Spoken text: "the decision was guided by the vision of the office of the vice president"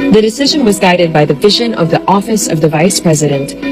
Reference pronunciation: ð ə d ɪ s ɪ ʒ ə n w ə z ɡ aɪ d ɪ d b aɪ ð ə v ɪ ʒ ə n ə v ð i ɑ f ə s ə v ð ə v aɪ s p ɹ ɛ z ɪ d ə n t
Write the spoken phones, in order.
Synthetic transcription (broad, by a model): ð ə d ɪ s ɪ ʒ ə n w ə z ɡ aɪ d ɪ d b aɪ ð ə v ɪ ʒ ə n ə v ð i ɑ f ə s ə v ð ə v aɪ s p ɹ ɛ z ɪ d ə n t